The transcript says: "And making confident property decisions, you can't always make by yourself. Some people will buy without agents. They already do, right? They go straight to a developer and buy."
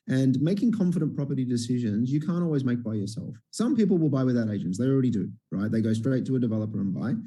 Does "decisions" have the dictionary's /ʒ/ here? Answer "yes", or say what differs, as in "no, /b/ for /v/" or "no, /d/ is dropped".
yes